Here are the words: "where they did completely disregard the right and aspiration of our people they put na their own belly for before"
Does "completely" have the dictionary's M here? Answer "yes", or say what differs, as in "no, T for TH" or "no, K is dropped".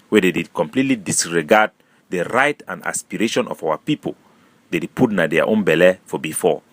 yes